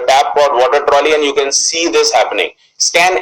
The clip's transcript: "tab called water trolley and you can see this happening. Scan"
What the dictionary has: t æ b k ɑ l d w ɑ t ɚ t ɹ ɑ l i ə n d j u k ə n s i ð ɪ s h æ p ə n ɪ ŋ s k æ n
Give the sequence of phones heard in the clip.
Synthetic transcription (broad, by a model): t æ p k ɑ d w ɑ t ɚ t ɹ ɑ l i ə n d j u k ə n s i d ɪ s h æ p ə n ɪ ŋ s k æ n